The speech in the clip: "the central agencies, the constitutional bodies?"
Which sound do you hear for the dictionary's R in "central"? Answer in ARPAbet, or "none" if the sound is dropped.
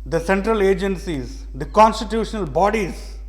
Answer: R